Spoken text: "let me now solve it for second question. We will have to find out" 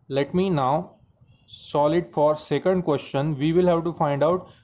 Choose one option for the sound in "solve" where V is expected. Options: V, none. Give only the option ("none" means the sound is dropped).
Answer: none